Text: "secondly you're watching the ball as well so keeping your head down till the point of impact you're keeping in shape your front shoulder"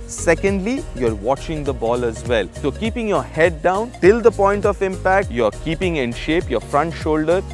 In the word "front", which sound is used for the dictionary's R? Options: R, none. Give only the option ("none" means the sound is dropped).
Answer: R